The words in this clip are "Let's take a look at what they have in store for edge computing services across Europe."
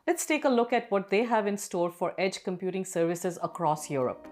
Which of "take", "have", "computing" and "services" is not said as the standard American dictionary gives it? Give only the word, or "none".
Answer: none